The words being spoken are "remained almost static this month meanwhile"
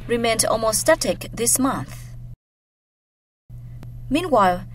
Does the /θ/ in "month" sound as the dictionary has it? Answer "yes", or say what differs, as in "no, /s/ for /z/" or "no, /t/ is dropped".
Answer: yes